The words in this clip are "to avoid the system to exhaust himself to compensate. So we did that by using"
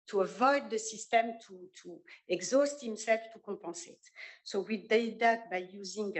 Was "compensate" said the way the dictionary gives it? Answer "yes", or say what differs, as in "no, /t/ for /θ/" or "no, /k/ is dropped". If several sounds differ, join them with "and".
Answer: no, /m/ is dropped and /n/ is dropped